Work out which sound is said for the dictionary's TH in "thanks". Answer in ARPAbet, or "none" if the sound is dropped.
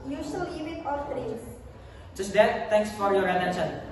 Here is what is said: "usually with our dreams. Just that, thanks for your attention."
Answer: T